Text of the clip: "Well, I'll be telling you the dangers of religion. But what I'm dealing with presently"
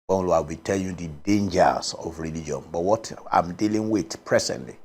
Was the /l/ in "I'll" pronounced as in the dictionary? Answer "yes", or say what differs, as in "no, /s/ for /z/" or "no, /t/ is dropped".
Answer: no, /w/ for /l/